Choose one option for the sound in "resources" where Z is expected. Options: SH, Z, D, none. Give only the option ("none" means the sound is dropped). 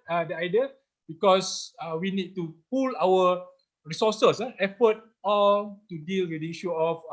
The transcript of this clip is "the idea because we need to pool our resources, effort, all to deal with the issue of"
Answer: none